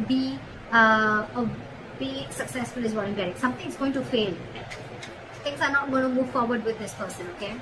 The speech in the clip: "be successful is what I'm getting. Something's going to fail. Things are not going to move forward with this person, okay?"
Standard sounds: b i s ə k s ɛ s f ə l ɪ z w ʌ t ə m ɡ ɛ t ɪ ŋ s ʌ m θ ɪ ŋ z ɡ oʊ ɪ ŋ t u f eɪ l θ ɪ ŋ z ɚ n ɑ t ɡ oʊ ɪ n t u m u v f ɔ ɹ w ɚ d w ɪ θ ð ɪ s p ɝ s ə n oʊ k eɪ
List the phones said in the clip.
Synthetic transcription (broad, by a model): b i s ə k s ɛ s f ə l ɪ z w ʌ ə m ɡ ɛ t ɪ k s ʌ m t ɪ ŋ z ɡ oʊ ɪ ŋ t u f eɪ l t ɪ ŋ s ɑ n ɑ t ɡ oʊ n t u m u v f ɔ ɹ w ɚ d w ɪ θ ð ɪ s p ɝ s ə n oʊ k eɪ